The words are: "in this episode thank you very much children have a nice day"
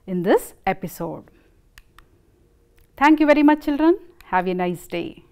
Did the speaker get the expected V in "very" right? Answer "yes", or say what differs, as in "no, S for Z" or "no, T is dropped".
yes